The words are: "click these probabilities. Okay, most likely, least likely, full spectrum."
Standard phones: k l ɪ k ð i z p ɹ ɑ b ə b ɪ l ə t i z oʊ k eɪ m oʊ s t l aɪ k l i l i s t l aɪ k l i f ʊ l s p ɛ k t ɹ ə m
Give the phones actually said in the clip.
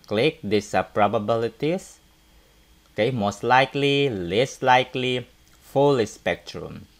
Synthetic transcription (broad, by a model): k l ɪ k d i s p ɹ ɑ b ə b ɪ l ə t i s oʊ k eɪ m oʊ s t l aɪ k l i l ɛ s l aɪ k l i f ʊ l s p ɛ k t ɹ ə m